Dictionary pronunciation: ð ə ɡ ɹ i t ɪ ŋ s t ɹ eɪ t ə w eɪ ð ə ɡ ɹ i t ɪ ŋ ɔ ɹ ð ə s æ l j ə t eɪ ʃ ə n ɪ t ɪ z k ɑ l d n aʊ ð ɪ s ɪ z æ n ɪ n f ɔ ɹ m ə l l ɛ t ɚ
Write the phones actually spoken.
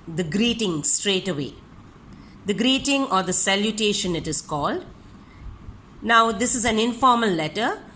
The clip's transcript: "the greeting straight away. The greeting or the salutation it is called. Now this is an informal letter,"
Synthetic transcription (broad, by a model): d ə ɡ ɹ i t ɪ ŋ s t ɹ eɪ t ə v eɪ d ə ɡ ɹ i t ɪ ŋ ɔ ɹ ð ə s æ l j ə t eɪ ʃ ə n ɪ t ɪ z k ɑ l d n aʊ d ɪ s ɪ z æ n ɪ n f ɔ ɹ m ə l l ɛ t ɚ